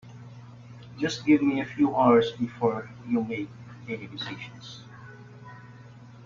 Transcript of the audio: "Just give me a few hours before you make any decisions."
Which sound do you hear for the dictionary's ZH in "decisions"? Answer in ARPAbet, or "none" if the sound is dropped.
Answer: SH